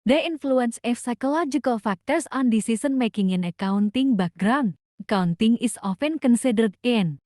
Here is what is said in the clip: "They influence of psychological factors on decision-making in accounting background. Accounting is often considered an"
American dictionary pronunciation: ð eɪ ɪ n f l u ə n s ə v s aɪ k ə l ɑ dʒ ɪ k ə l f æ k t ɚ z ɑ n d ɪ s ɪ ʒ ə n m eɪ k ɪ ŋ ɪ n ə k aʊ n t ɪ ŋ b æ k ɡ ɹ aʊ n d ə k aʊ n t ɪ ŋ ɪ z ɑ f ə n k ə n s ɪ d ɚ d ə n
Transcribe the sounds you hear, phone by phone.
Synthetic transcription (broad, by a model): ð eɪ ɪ n f l u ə n s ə f s aɪ k ə l ɑ dʒ ɪ k ə l f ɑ k t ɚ s ɑ n d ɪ s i s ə n m eɪ k ɪ ŋ ɪ n ə k aʊ n t ɪ ŋ b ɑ ɡ ɹ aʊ n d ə k aʊ n t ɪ ŋ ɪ s ɑ f ə n k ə n s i d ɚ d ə n